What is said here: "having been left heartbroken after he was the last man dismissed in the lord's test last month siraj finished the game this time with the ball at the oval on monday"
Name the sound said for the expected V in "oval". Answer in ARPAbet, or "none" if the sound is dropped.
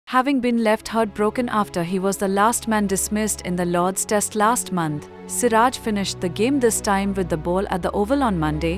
V